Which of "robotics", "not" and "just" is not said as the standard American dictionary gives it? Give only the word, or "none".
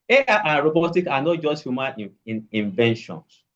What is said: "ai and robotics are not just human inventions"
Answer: robotics